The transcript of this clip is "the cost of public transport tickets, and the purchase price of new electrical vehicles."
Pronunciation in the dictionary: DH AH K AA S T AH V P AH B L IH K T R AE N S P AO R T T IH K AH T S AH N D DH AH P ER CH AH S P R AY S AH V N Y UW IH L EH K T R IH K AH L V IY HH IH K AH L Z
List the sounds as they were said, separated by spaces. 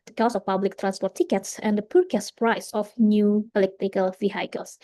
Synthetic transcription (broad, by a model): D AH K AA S AH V P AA B L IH K T R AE N S P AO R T T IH K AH T S AH N D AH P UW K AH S P R AY S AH F N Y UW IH L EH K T IH K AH L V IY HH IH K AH L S